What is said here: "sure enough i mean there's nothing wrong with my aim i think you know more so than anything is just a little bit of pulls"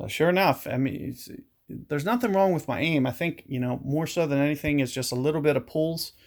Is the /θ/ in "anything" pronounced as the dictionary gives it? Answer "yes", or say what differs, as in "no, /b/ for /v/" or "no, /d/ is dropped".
yes